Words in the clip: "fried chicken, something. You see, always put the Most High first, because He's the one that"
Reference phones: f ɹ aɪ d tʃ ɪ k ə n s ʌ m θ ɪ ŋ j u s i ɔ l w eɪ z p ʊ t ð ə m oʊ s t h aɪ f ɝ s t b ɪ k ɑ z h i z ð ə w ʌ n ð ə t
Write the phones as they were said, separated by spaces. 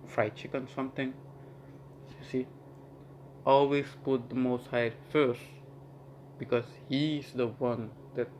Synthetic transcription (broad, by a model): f ɹ aɪ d tʃ ɪ k ə n s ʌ m t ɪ ŋ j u s i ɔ l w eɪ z p ʊ t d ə m oʊ s t h aɪ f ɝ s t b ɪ k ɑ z h i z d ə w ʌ n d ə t